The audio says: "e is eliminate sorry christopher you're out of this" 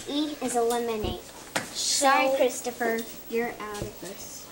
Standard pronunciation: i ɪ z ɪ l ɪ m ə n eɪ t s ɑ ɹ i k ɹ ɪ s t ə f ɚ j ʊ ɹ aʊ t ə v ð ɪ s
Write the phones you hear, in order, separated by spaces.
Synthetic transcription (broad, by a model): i ɪ z ɪ l ɪ m ə n eɪ t ʃ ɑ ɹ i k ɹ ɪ s t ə f ɚ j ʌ ɹ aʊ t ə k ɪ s